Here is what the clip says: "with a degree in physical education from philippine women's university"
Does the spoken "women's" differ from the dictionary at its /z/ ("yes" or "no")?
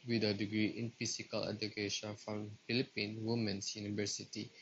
yes